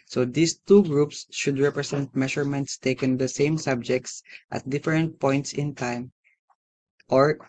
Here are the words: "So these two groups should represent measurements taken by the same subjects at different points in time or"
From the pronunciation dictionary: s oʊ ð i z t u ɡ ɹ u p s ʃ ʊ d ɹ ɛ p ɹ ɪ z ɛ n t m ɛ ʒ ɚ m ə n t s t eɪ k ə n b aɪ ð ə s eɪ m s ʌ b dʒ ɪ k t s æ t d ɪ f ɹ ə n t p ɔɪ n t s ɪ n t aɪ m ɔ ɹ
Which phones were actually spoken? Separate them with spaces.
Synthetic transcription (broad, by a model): s oʊ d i s t u ɡ ɹ u p s ʃ ʊ d ɹ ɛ p ɹ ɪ s ɛ n t m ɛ ʃ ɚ m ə n t s t eɪ k ə n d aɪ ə s eɪ m s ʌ b dʒ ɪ k t s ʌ t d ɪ f ɹ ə n t p ɔɪ n t s ɪ n t aɪ m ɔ ɹ